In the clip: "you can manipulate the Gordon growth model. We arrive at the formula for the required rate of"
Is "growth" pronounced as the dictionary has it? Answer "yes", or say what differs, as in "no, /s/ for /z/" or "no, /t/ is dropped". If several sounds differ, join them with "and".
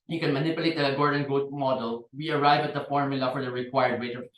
no, /ɹ/ is dropped and /t/ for /θ/